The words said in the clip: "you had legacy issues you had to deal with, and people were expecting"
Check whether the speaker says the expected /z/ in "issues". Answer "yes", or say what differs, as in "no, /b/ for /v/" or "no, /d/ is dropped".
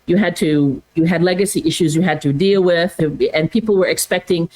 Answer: yes